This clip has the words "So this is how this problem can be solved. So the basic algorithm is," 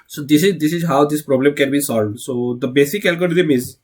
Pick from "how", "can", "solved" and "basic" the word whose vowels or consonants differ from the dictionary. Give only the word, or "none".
none